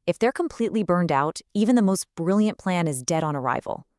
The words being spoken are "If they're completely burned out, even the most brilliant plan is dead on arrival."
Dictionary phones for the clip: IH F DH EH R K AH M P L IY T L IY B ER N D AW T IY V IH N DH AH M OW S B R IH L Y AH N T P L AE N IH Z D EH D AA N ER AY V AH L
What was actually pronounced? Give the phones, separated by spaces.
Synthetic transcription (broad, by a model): IH F DH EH R K AH M P L IY T L IY B ER N D AW T IY V IH N DH AH M OW S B R IH L Y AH N P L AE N IH Z D EH D N ER AY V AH L